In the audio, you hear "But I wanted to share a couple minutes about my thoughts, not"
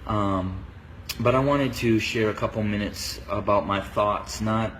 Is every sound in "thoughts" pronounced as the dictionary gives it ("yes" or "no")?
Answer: yes